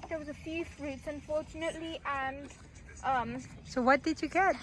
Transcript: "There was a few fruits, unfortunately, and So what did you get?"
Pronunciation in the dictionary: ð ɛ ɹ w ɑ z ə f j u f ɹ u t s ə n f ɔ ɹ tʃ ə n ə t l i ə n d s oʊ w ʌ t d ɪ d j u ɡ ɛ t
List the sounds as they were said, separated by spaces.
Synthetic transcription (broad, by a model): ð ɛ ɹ w ɑ z ə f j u f ɹ u t s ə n f ɔ ɹ tʃ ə n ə t l i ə n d s oʊ w ʌ t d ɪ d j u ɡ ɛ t